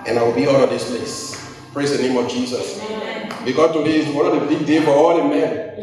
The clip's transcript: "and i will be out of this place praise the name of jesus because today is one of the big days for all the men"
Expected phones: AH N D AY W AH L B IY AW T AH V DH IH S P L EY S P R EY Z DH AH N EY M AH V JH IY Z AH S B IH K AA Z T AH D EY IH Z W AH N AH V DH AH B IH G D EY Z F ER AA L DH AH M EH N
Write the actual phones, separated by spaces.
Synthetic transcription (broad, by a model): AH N AY W AH L B IY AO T AH V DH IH S P L EY S P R EY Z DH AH N EY M AH V JH IY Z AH S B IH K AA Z T AH D EY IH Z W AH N AH V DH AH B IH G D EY F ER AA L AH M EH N